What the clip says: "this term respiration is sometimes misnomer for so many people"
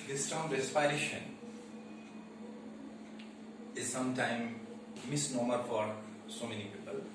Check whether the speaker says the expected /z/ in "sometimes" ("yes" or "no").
no